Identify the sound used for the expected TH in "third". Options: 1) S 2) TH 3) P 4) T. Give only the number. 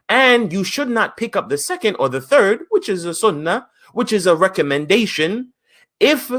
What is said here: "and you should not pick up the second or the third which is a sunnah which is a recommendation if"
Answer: 2